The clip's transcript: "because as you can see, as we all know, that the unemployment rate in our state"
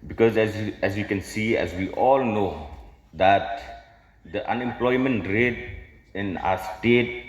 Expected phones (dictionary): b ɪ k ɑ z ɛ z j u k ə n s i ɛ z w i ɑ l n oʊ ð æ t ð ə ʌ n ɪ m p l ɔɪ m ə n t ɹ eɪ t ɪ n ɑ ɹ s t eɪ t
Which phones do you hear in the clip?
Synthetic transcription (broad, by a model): b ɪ k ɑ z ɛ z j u k ə n s i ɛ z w i ɑ l n oʊ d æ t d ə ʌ n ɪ m p l ɔɪ m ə n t ɹ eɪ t ɪ n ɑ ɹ s t eɪ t